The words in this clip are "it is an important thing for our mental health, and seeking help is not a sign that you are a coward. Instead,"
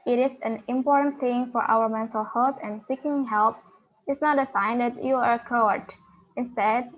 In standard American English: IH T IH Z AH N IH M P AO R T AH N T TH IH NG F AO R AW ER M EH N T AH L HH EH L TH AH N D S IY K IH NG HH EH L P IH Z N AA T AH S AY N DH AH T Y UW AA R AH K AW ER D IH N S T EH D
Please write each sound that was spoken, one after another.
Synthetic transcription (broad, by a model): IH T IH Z AH N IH M P AO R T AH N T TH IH NG F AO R AW ER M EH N S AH HH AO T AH N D S IY K IH NG HH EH L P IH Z N AA T AH S AY N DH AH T Y UW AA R AH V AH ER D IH N S T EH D